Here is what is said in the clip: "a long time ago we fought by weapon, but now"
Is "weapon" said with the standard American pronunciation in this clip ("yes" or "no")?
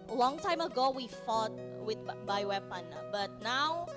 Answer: yes